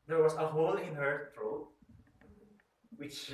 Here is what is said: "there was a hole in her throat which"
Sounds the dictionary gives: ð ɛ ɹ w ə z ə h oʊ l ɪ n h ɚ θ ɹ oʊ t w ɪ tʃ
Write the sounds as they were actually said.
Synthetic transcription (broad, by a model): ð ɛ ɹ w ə s ə h oʊ l ɪ n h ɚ t ɹ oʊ w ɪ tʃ